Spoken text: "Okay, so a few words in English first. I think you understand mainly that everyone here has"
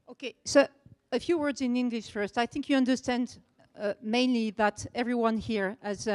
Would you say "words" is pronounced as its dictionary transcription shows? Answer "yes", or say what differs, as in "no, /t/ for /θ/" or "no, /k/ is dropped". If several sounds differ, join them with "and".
yes